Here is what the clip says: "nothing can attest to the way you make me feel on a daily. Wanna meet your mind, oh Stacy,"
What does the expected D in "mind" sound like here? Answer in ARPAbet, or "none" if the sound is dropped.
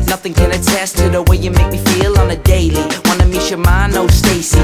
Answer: none